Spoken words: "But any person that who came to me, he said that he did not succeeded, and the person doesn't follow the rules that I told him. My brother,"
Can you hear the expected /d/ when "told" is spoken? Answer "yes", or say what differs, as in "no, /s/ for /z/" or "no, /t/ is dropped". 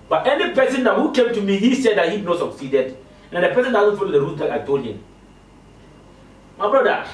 no, /d/ is dropped